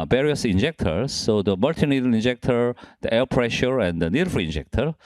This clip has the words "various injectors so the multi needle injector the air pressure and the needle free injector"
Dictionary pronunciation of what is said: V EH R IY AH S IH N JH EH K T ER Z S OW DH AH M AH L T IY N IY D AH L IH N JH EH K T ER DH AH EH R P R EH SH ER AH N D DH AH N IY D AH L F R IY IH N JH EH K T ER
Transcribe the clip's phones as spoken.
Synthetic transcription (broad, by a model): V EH R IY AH S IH N JH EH K T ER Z S OW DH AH M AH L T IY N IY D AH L IH N JH EH K T ER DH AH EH L P R EH SH ER AH N D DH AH N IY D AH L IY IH N JH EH K T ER